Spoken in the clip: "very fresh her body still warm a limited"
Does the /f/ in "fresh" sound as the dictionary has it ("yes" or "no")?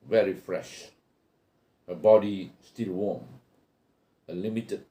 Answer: yes